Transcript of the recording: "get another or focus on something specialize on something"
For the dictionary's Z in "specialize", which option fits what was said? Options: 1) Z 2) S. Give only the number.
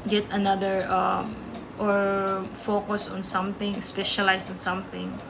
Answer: 2